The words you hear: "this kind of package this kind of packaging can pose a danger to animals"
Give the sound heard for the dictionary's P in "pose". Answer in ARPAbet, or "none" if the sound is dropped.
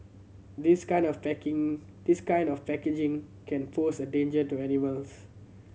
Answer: F